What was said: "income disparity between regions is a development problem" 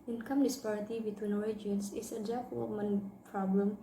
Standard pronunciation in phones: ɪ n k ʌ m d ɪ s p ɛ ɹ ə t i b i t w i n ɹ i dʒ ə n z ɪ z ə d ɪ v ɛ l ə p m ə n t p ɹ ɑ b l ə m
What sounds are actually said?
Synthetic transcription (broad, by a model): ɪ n k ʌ m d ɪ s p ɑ ɹ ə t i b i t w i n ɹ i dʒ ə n s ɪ s ə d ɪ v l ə m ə n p ɹ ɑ b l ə m